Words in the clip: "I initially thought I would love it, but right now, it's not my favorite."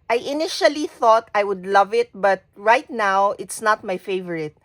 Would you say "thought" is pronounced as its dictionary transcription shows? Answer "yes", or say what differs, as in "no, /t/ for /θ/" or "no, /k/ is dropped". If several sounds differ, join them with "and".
yes